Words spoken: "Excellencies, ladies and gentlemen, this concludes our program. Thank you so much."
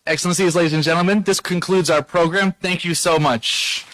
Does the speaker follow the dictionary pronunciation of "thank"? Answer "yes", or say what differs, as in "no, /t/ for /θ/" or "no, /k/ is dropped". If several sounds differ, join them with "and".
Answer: yes